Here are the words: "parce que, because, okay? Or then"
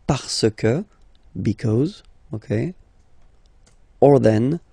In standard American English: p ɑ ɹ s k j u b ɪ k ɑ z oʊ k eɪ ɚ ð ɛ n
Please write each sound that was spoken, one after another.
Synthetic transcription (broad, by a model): p ɑ ɹ s k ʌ b ɪ k ɑ z oʊ k eɪ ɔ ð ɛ n